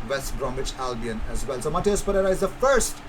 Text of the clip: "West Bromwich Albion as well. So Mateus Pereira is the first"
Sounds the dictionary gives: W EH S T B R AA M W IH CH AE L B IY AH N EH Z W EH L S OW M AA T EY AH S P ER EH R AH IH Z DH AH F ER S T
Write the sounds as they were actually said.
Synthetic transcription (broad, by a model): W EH S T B R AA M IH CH AE L B IY AH N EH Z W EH L S OW M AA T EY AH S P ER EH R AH IH Z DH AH F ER S T